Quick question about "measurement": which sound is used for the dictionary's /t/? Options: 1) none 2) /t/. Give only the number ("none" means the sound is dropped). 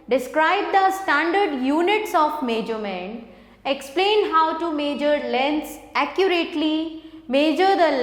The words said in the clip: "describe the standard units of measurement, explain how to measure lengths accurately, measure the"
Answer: 1